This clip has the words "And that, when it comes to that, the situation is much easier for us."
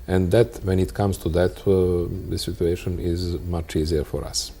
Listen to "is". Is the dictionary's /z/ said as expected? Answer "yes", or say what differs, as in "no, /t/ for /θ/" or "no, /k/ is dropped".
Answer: yes